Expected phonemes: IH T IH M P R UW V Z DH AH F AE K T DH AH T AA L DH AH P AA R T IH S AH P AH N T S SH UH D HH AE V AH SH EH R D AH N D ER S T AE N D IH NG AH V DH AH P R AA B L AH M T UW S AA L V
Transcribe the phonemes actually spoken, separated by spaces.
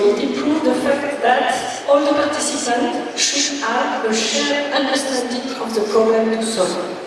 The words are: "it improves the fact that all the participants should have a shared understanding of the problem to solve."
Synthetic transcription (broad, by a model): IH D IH P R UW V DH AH F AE K T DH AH T AA L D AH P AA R T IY S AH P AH N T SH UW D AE AH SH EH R AH N D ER S T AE N D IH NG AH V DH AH P R AA B L AH M T UW S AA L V